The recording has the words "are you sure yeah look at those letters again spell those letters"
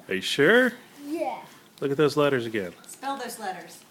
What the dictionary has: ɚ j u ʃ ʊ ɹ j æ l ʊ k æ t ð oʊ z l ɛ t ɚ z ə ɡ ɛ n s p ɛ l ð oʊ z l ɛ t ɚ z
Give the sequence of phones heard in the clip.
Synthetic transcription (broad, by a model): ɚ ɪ ʃ ʊ ɹ j æ l ʊ k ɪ t ð oʊ z l ɛ t ɚ z ə ɡ ɛ n s p ɛ l ð oʊ z l ɛ t ɚ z